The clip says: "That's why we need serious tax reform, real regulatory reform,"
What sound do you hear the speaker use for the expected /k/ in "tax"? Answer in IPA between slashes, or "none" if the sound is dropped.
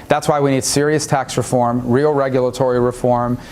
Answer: /k/